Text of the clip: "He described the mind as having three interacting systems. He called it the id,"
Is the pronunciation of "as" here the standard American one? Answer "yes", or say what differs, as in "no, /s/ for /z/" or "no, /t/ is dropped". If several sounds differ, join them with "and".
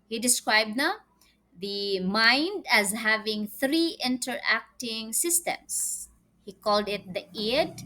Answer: yes